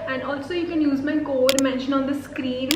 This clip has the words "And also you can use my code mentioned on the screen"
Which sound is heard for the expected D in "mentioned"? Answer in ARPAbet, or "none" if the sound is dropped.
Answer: none